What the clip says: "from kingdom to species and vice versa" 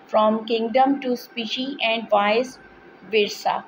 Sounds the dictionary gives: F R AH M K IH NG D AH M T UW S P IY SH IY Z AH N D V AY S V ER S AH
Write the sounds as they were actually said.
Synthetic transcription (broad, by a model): F R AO M K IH NG D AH M T UW S P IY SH IY AH N D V AY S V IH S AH